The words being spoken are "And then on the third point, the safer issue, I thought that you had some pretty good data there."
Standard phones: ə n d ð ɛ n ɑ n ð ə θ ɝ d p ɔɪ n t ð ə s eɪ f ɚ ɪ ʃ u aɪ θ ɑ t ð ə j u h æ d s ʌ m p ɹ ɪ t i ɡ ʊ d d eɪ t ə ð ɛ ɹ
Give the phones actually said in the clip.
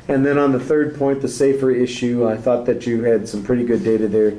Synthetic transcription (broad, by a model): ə n ð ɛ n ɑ n ð ə θ ɝ d p ɔɪ n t ð ə s eɪ f ɚ ɪ ʃ u aɪ θ ɑ t ð ə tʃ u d s ʌ m p ɹ ɪ t i ɡ ʊ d d eɪ t ə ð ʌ ɹ